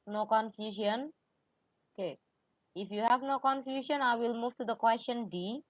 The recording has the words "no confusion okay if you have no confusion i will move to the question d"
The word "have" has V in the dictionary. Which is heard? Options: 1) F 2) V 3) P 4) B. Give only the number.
2